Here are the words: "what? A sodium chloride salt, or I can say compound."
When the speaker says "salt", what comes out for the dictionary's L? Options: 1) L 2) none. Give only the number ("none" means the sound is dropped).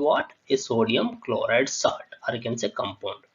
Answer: 2